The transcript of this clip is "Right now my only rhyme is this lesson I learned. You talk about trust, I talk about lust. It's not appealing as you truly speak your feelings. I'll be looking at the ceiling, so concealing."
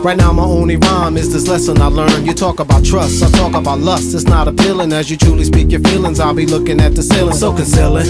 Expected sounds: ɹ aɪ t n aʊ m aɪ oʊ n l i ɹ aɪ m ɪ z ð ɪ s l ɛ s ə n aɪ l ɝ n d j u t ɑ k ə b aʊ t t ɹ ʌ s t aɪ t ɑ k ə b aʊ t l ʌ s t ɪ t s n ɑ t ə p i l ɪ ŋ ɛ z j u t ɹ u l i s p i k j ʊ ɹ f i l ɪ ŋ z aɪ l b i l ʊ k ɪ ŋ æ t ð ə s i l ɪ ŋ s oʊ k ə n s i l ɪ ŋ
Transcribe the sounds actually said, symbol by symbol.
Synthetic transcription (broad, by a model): ɹ aɪ t n aʊ m aɪ oʊ n l i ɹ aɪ m ɪ z ð ɪ s l ɛ s ə n aɪ l ɝ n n j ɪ t ɑ k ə b aʊ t t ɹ ʌ s t aɪ t ɑ k ə b aʊ t l ʌ s t ɪ t s n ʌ t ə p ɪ l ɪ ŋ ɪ z j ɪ t ɹ u l i s p i k j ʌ ɹ f i l ɪ ŋ z aɪ l b i l ʊ k ɪ ŋ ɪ t ð ə s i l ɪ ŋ s oʊ k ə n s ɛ l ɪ